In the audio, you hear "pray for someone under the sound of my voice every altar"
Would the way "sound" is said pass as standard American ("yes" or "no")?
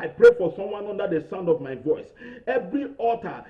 yes